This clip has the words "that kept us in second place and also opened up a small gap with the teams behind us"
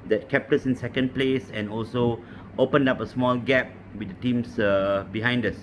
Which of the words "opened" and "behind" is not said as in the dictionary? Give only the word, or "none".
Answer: none